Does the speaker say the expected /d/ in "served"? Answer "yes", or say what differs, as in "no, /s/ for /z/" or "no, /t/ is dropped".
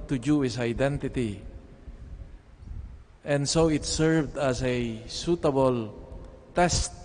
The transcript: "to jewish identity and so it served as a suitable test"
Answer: yes